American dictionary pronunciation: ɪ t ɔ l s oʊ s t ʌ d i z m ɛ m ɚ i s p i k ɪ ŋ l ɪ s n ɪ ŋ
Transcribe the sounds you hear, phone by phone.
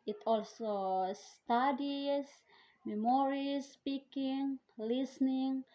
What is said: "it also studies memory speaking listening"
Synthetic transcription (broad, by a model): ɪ t ɔ l s oʊ s t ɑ d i s m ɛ m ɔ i s p i k ɪ ŋ l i s n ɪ ŋ